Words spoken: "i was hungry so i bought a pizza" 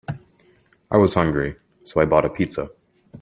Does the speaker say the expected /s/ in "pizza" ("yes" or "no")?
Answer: yes